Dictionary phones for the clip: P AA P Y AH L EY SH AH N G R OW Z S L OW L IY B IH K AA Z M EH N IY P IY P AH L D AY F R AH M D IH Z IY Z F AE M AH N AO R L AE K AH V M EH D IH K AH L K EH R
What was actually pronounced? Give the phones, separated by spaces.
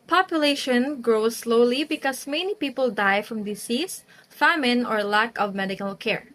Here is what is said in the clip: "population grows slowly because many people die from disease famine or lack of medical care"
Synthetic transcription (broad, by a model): P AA P Y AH L EY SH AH N G R OW S L OW L IY B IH K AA S M EH N IY P IY P AH L D AY F R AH M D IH S IY S F AE M AH N AO R L AE K AH V M EH D IH K AH L K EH R